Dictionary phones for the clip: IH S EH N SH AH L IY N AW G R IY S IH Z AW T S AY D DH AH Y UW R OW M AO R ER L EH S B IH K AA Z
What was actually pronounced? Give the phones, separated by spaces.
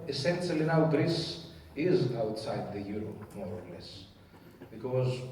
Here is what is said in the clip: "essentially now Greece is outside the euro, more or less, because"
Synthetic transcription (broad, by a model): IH S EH N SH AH L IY N AW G R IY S IH Z AW T S AY D DH AH Y UW R OW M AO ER L EH S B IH K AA Z